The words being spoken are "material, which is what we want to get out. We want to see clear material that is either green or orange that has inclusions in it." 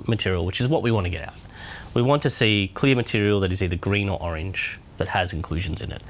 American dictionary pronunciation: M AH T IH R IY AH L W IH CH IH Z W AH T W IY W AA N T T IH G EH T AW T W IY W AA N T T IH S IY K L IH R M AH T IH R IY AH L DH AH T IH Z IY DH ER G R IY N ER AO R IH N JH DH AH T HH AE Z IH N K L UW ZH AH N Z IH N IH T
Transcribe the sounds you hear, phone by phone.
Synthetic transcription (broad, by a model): M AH T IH R IY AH L W IH CH IH Z W AH T W IY W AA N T T IH G EH T AW T W IY W AA N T T IH S IY K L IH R M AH T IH R IY L DH AH T IH Z IY DH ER G R IY N ER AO R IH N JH DH AH T HH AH Z IH N K L UW ZH AH N Z IH N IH T